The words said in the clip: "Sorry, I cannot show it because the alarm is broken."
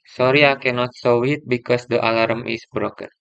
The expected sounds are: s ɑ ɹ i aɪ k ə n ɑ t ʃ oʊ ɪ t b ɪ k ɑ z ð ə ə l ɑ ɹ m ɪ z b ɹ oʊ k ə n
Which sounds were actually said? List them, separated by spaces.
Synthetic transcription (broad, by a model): s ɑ ɹ i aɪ k ə n ɑ t s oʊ ɪ t b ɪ k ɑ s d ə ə l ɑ ɹ m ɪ s b ɹ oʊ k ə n